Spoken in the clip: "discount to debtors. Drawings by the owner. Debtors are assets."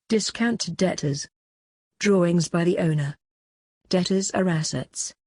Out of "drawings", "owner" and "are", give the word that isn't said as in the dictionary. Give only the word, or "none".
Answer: none